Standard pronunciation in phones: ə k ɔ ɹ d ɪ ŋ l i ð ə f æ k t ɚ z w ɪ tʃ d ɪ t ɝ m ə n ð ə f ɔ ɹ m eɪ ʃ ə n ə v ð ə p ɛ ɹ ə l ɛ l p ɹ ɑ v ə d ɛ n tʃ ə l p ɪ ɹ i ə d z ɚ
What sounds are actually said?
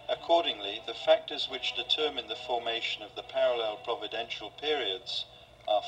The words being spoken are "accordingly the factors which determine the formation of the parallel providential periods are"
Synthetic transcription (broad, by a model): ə k ɔ ɹ d ɪ ŋ l i ð ə f æ k t ɚ z w ɪ tʃ d ɪ t ɝ m ə n ð ə f ɔ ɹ m eɪ ʃ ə n ə v ð ə p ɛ ɹ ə l ɛ l p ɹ ɑ v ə d ɛ n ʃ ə l p ɪ ɹ i ə d z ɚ